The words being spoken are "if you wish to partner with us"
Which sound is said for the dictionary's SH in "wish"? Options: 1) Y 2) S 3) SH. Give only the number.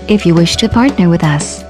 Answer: 3